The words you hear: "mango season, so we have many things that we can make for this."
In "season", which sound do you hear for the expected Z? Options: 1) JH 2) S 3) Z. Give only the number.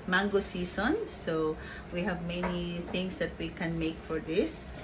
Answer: 2